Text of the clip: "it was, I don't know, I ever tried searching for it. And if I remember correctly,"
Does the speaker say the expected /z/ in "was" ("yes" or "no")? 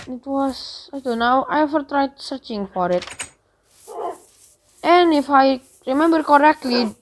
no